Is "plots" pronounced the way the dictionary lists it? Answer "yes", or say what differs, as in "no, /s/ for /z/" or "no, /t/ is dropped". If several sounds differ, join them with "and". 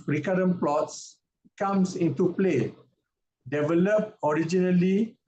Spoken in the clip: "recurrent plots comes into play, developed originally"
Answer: yes